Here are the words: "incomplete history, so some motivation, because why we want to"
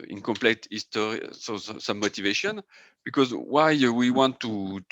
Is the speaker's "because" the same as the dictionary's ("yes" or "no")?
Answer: yes